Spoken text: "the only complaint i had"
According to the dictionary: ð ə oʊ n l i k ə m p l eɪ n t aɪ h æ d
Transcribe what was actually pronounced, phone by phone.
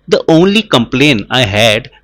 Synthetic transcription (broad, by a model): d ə oʊ n l i k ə m p l eɪ n aɪ h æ d